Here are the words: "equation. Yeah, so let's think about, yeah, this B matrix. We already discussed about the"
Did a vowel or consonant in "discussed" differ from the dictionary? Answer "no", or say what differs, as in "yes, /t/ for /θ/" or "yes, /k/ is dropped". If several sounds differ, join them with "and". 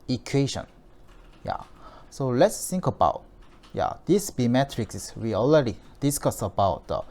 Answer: yes, /t/ is dropped